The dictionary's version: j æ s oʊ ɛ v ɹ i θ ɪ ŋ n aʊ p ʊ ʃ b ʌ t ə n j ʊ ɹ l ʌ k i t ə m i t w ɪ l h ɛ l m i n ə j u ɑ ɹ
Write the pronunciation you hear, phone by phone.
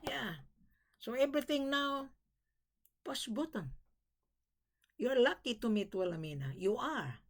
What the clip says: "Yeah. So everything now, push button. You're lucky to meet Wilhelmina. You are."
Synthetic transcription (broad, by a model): j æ s oʊ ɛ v ɹ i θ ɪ ŋ n aʊ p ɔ s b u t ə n j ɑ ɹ l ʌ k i t ə m i t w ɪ l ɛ m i n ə j u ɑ ɹ